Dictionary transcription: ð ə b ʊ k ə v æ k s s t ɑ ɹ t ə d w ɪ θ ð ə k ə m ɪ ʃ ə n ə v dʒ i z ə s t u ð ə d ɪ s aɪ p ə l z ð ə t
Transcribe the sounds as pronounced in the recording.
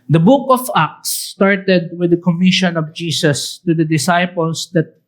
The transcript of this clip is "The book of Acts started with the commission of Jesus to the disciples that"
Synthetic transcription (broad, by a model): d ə b ʊ k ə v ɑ k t s t ɑ ɹ t ə d w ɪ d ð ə k ə m ɪ ʃ ə n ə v dʒ i s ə s t u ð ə d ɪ s aɪ p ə l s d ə t